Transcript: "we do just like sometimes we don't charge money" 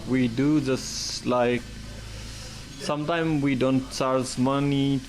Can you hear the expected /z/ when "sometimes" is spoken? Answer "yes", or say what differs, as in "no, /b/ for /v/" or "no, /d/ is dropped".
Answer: no, /z/ is dropped